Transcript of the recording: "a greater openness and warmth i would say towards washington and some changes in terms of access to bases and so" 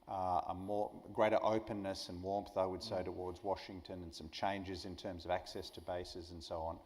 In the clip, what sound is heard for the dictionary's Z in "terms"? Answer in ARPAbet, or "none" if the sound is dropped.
Z